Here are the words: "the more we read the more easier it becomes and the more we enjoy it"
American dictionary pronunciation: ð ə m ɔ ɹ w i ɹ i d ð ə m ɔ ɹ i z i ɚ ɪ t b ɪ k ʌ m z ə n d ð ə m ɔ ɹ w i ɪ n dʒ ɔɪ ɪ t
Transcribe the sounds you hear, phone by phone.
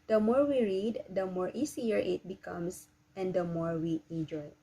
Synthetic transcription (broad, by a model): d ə m ɔ ɹ w i ɹ i d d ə m ɔ ɹ i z i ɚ ɪ t b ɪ k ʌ m s ə n d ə m ɔ ɹ w i ɪ n dʒ ɔɪ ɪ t